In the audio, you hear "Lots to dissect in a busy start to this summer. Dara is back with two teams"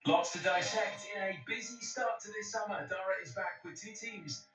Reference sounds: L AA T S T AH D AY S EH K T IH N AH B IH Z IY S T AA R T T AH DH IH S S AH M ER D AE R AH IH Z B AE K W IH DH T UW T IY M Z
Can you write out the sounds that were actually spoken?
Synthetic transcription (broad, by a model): L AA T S T AH D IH SH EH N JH IH N AH B IH Z IY S T AA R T T AH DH IH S S AH M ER D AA R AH IH Z B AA K W IH DH T UW T IY M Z